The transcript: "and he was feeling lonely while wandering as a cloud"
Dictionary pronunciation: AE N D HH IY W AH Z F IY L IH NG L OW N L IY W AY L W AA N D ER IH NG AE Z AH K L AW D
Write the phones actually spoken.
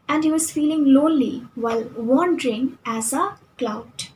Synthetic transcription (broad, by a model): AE N D HH IY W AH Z F IY L IH NG L OW L IY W AY L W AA N D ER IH NG AE Z AH K L AW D